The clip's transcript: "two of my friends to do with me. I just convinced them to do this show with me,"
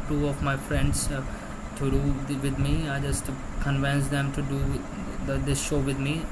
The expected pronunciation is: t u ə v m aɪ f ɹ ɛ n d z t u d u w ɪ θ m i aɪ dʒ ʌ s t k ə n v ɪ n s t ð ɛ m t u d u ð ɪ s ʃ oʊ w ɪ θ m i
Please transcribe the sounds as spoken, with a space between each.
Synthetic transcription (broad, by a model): t u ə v m aɪ f ɹ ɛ n d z t u d u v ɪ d m i aɪ dʒ ʌ s t k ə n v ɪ n s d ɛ m t u d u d ɪ s ʃ oʊ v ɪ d m i